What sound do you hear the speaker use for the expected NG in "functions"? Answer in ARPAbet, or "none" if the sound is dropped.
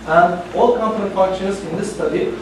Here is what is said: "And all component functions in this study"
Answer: none